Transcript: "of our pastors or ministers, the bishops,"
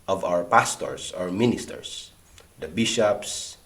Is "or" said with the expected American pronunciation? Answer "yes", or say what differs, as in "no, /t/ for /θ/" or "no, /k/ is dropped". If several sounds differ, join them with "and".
yes